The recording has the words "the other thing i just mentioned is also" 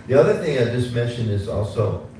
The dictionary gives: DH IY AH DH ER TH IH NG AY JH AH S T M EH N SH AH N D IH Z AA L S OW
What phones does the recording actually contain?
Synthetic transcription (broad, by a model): DH IY AH DH ER TH IH NG AY JH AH S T M EH N SH AH N D IH Z AA L S OW